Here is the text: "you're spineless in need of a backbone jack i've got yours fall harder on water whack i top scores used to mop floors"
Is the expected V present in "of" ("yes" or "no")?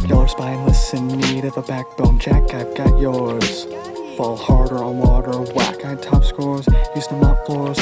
yes